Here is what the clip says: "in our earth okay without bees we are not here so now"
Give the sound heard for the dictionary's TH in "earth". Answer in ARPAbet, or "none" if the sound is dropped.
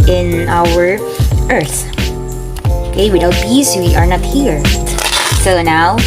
TH